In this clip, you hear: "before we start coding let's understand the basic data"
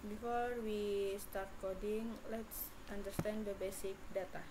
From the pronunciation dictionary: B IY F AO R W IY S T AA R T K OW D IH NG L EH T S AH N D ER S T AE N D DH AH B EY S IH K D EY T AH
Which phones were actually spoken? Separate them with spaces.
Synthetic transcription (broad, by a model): B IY F AO R W IY S T AA R T K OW D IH NG L EH T S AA N D ER S T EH N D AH B EY S IH K D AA T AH